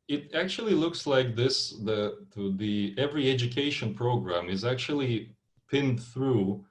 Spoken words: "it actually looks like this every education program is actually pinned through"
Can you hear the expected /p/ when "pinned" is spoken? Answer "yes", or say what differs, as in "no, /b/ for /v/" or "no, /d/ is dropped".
yes